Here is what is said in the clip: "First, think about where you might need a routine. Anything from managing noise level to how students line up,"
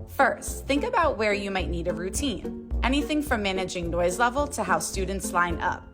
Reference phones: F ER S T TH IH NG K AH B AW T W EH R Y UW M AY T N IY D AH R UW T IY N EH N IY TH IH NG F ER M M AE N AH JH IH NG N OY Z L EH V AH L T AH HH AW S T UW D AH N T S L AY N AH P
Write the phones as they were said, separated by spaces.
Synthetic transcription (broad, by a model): F ER S T TH IH NG K AH B AW T W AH R Y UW M AY T N IY D AH R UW T IY N EH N IY TH IH NG F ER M M AE N AH JH IH NG N OY Z L EH V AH L T AH HH AW S T UW D N T S L AY N AH P